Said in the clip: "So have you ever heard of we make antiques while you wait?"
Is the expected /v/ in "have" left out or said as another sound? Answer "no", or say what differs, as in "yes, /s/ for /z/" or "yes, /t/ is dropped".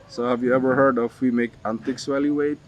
no